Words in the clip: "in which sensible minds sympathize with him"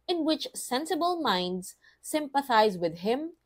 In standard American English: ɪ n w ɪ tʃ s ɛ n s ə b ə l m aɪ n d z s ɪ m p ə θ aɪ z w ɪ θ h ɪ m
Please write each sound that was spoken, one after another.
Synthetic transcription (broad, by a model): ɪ n w ɪ tʃ s ɛ n s ə b ə l m aɪ n d z s ɪ m p ə θ aɪ z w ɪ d h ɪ m